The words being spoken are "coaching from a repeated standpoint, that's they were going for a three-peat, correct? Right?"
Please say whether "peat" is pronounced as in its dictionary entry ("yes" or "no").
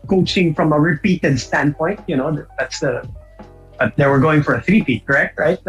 no